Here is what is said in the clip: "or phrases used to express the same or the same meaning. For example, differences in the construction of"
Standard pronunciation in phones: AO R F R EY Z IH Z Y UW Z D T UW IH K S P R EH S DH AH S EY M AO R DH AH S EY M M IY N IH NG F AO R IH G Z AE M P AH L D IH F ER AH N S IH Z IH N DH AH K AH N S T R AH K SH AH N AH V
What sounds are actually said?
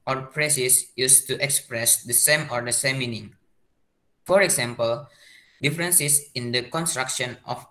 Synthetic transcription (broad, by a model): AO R P R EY S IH S Y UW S T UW IH K S P R EH S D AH S EY M AO R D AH S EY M M IY N IH NG F AO R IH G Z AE M P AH L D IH F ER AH N S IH S IH N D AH K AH N S T R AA K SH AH N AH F